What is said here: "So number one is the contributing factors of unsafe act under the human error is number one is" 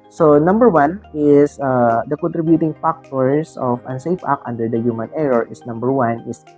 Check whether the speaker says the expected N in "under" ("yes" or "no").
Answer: yes